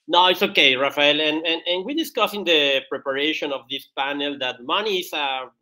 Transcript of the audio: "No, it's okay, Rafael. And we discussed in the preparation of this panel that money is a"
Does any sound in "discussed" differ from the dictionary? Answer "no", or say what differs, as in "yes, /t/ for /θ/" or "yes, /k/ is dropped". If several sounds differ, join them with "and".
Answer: yes, /t/ is dropped